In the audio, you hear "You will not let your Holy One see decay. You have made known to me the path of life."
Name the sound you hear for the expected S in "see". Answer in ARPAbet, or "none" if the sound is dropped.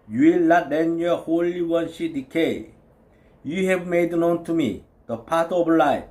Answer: SH